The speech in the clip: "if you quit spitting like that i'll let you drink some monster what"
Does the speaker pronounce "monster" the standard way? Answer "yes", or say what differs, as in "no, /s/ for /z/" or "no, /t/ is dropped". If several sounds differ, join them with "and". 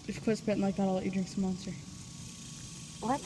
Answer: yes